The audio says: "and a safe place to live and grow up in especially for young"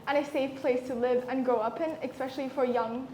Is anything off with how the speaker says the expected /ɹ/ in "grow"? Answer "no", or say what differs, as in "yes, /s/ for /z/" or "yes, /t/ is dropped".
yes, /ɹ/ is dropped